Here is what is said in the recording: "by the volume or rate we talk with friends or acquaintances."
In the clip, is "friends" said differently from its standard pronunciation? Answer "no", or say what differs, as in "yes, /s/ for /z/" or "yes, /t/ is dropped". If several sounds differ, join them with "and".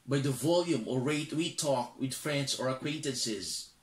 yes, /s/ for /z/